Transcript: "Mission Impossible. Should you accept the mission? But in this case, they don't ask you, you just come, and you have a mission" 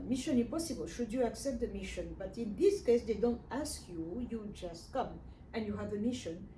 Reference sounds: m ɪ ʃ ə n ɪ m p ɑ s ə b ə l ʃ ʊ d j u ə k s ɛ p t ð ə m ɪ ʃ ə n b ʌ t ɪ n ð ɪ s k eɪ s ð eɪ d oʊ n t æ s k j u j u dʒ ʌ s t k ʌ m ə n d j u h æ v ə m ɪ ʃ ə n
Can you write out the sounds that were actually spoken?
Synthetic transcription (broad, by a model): m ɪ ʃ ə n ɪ p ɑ s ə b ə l ʃ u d j u ə k s ɛ p t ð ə m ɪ ʃ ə n b ʌ t ɪ n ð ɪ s k eɪ s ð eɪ d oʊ n t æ s k j u j u dʒ ʌ s t k ʌ m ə n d j u h æ v ə m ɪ ʃ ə n